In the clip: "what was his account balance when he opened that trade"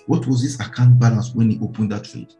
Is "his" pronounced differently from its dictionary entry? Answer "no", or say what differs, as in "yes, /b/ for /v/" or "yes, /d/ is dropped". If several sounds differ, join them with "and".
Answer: yes, /s/ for /z/